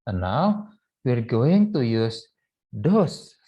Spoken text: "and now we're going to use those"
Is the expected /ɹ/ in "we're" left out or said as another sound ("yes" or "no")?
no